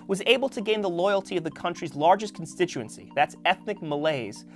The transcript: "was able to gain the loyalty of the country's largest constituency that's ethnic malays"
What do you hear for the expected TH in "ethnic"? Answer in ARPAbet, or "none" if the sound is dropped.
TH